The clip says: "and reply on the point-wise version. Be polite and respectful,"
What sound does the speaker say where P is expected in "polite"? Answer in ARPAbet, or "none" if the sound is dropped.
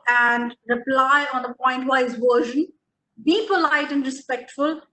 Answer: P